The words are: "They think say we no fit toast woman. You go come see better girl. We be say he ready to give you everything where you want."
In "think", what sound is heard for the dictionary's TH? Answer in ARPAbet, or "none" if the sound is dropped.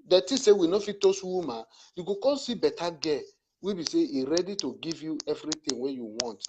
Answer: T